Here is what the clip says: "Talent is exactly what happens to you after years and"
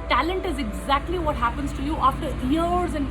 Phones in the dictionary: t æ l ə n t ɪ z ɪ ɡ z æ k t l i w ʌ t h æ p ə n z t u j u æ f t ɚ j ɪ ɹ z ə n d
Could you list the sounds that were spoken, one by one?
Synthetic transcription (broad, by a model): t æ l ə n t ɪ z ɪ ɡ z æ k t l i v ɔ t h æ p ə n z t u j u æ f t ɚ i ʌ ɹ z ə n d